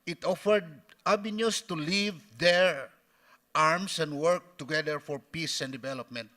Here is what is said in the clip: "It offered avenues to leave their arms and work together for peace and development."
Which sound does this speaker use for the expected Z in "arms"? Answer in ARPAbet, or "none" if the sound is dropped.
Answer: S